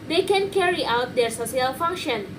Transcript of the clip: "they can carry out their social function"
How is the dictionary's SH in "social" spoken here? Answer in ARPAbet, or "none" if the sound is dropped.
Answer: S